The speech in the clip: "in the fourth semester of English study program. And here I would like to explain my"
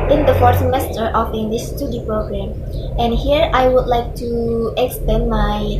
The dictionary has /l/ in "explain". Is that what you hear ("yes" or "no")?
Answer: no